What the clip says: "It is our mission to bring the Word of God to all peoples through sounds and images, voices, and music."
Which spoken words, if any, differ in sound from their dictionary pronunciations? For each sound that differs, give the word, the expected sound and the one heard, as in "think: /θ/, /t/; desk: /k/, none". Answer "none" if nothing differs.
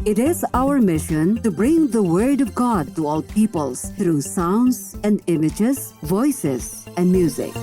through: /θ/, /t/